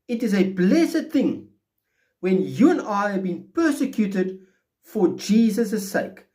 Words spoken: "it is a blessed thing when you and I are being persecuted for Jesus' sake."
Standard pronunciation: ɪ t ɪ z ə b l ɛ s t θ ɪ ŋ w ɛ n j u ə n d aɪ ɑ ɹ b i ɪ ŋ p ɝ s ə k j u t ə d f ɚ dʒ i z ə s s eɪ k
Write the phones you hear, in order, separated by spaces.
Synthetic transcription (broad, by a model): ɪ t ɪ z ə b l ɛ s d θ ɪ ŋ w ɛ n j u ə n aɪ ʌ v b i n p ɝ s ə k j u t ə d f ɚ dʒ i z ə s s eɪ k